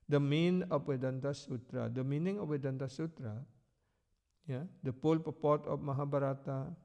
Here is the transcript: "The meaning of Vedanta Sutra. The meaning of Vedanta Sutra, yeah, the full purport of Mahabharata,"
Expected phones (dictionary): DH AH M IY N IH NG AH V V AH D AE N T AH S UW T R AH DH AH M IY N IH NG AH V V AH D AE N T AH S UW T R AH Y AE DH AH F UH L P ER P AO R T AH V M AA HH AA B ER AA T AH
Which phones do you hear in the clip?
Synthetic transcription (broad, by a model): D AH M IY N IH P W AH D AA N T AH S UW T R AH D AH M IY N IH NG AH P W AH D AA N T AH S UW T R AH Y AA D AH P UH L P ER P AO T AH P M AA HH AA B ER AA T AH